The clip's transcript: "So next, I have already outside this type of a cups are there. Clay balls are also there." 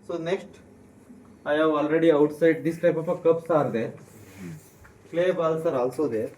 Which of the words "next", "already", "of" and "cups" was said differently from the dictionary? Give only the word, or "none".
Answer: of